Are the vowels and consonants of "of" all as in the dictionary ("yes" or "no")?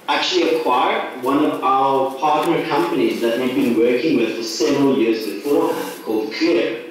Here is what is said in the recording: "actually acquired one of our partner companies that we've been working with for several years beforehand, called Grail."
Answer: yes